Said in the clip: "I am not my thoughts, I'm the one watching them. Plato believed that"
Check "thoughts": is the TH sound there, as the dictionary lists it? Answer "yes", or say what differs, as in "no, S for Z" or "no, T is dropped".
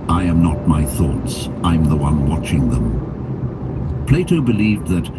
yes